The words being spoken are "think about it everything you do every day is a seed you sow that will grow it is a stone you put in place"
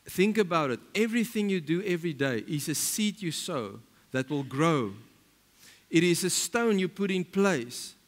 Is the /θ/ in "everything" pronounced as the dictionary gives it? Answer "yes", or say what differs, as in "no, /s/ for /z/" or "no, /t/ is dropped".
yes